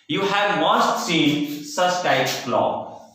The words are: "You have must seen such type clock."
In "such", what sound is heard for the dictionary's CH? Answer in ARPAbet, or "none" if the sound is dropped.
S